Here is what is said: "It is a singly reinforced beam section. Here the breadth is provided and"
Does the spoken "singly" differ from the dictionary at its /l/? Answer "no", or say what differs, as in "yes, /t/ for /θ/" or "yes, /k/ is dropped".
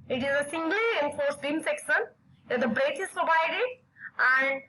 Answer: no